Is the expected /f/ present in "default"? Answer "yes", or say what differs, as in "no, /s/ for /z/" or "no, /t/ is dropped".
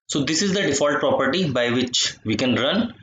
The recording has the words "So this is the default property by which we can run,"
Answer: yes